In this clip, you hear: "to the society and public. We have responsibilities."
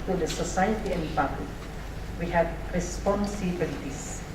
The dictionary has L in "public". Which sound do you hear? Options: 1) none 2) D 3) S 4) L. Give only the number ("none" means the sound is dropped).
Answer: 1